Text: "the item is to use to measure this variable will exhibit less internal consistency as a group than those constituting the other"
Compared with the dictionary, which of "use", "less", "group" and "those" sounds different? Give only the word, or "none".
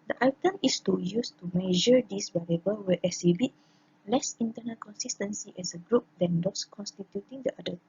those